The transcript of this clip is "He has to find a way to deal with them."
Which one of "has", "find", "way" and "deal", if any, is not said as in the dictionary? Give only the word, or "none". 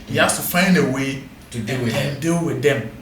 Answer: has